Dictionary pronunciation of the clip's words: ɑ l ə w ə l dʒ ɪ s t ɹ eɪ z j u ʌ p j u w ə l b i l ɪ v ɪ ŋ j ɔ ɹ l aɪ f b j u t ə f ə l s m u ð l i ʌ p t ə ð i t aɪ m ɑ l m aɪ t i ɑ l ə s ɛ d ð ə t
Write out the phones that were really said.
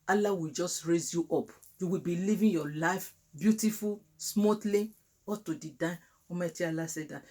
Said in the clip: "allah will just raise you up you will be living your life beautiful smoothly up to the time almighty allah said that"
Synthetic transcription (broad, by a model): ɑ l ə w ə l dʒ ɪ s t ɹ eɪ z j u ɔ p j u w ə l b i l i v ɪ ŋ j ɔ l aɪ f b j u t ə f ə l s m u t l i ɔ t ə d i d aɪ ɑ m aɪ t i ɑ l ə s ɛ d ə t